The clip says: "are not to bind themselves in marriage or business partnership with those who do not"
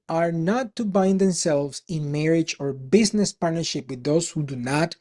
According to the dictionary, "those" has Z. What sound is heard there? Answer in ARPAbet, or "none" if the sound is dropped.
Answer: S